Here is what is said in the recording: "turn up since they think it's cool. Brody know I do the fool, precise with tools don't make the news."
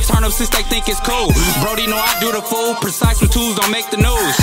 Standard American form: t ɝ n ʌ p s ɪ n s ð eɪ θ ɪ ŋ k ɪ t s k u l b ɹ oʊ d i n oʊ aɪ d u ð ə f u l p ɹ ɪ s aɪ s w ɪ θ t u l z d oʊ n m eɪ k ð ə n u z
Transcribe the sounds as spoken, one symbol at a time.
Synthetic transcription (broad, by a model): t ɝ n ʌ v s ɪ s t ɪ θ ɪ ŋ k ɪ t s k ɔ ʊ b ɹ oʊ d i n oʊ aɪ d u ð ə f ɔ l p ɹ ɪ s aɪ s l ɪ t u l z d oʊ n m eɪ k ð ə n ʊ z